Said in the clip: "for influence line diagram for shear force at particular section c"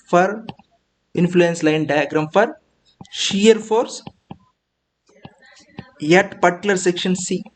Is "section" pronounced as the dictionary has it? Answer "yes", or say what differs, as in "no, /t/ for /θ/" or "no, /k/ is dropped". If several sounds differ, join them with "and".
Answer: yes